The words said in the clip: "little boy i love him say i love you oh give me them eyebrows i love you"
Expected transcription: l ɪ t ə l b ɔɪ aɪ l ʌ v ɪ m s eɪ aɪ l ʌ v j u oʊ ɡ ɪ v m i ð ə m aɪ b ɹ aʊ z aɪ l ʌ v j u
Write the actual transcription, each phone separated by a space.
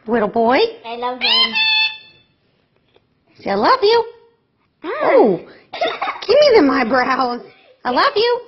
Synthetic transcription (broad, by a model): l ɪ t l b ɔɪ aɪ l ʌ v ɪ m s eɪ aɪ l ʌ v j u oʊ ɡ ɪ p m i ð ə m aɪ b ɹ aʊ z aɪ l ʌ v j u